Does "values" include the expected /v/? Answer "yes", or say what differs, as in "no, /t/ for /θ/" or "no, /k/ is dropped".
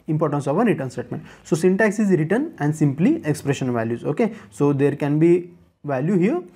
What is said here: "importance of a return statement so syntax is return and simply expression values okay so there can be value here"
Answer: yes